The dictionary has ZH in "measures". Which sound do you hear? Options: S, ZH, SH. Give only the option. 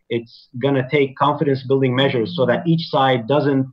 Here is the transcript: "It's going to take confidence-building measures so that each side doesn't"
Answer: ZH